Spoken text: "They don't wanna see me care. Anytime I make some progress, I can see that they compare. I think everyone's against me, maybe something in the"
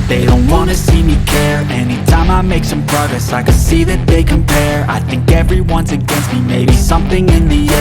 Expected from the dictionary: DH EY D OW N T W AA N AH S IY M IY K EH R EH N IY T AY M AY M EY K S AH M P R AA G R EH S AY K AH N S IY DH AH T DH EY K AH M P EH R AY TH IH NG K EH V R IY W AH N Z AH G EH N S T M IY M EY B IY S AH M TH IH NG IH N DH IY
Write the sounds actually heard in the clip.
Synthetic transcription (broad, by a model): DH EY D OW N T W AA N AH S IY M IY K EH R EH N IY T AY M AY M EY K S AH M P R AA G R EH S AY K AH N S IY DH AH T DH EY K AH M P EH R AY TH IH NG K EH V R IY W AH N Z AH G EH N S T M IY M EY B IY S AH M TH IH NG IH N DH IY